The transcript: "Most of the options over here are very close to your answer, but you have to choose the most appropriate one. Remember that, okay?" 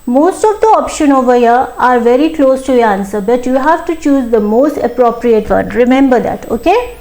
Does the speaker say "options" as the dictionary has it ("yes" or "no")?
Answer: no